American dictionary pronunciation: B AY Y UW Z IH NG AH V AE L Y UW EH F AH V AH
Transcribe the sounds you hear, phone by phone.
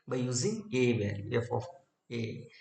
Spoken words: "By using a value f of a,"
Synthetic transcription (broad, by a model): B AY Y UW Z IH NG AH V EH N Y EH F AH F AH